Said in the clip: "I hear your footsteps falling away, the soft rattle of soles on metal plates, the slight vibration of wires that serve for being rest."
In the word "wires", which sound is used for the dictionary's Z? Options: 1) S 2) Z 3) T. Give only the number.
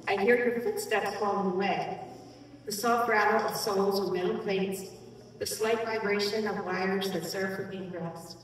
2